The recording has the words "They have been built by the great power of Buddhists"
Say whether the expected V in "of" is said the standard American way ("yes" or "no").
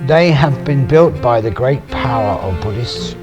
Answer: yes